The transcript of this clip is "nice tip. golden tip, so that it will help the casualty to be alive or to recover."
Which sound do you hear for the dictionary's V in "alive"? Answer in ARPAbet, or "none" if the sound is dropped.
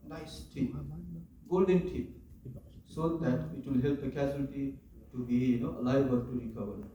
B